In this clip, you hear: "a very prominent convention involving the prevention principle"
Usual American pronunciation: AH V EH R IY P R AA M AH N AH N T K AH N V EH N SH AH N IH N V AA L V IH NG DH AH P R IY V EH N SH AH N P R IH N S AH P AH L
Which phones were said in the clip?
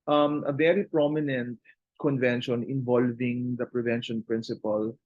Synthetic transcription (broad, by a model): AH V EH R IY P R AA M AH N AH N T K AH N V EH N SH AH N IH N V AA L V IH NG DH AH P R IY V EH N SH AH N P R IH N S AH P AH L